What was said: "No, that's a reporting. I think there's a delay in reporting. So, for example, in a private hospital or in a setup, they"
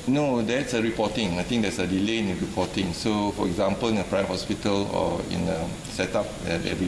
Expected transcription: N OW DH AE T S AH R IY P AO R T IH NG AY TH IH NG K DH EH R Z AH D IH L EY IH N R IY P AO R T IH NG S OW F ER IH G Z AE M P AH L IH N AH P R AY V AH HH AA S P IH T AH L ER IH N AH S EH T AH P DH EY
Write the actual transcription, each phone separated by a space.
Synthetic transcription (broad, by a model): N OW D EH T S AH R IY P AO T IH NG AY T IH NG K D EH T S AH D IH L EY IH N R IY P AO T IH NG S OW F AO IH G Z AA M P AH L IH N AH P R AY AH HH AA S P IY T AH L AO IH N AH S EH T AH P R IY